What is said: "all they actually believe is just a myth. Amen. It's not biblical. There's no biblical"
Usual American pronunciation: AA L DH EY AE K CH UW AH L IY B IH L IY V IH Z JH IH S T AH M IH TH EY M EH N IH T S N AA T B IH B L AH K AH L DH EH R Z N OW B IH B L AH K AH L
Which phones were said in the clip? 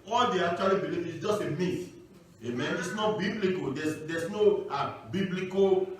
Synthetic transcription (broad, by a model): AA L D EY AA K CH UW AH L IY B IH L IY V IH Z JH IH S T AH M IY T EY M EH N IH T S N AA T B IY B L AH K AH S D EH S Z N OW B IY B L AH K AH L